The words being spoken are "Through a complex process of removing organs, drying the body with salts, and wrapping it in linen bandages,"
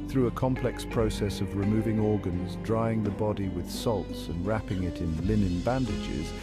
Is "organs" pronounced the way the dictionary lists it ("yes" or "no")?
yes